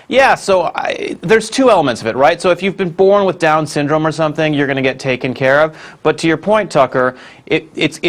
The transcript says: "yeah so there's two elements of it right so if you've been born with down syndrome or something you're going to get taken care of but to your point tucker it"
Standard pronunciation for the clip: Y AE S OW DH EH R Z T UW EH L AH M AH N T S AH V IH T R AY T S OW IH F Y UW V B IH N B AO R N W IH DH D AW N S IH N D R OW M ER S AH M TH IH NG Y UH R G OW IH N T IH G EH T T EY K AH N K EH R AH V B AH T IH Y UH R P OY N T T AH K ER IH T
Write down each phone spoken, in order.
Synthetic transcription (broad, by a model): Y AE S OW DH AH R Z T UW EH L AH M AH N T S AH V IH T R AY T S OW IH F Y UW V B IH N B AO R N W IH DH D AW N S IH N D R OW M ER S AH M TH IH NG Y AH R G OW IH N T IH G EH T T EY K AH N K EH R AH V B AH T IH Y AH R P OY N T T AH K ER IH T